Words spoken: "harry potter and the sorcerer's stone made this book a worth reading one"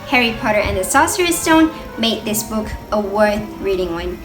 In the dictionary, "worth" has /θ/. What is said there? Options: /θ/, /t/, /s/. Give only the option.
/θ/